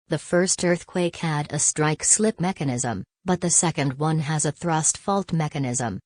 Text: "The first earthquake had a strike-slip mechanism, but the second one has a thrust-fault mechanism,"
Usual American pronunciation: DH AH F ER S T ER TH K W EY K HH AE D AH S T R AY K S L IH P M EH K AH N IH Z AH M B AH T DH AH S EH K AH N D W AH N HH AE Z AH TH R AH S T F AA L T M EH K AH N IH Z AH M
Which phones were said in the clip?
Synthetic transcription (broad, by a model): DH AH F ER S T ER TH K W EY K HH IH D AH S T R AY K S L IH P M EH K AH N IH Z AH M B AH T DH AH S EH K AH N D W AH N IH Z AH TH R AH S T F AA L T M EH K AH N IH Z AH M